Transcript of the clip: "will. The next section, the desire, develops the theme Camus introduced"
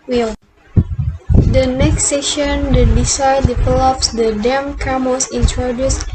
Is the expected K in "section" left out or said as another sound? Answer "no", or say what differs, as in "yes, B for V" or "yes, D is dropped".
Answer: yes, K is dropped